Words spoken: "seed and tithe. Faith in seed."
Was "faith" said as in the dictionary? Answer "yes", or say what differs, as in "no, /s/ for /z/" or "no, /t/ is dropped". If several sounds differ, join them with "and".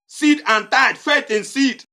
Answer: no, /t/ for /θ/